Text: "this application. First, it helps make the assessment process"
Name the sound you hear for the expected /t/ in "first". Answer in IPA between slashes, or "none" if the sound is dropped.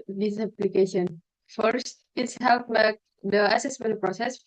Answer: /t/